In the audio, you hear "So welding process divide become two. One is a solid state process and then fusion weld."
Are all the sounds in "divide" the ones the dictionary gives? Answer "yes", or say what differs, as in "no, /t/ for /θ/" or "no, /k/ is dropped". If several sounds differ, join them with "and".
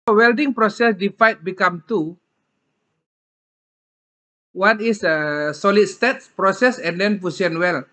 no, /f/ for /v/